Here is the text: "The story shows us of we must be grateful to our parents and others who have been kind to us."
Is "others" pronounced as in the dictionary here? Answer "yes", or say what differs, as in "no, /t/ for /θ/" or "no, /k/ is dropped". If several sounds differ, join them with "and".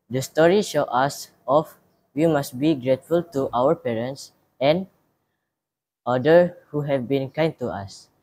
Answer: no, /z/ is dropped